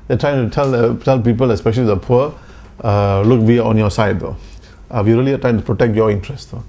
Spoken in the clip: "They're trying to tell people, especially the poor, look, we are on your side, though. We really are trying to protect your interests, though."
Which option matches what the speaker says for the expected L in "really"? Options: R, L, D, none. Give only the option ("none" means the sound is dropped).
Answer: L